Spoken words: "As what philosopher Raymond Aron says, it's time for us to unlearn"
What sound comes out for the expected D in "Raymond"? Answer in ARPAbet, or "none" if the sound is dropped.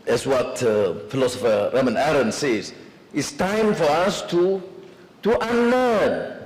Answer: none